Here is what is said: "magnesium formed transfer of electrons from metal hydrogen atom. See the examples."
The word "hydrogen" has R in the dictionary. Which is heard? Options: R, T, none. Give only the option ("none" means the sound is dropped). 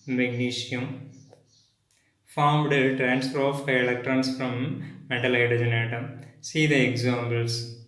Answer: none